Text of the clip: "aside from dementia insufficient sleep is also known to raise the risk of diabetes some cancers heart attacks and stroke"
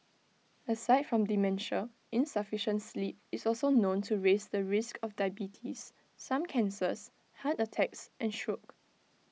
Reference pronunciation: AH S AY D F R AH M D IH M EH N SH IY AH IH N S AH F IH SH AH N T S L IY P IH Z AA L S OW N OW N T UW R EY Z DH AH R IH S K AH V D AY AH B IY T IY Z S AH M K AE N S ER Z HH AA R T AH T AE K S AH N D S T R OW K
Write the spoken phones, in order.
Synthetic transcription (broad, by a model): AH S AY D F R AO M D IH M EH N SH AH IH N S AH F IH SH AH N T S L IY P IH S AA L S OW N OW N T UW R EY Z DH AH R IH S K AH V D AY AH B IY T IY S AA M K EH N S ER S HH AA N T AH T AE K S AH N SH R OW K